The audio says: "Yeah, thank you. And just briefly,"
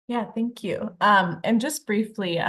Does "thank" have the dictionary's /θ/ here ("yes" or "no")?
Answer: yes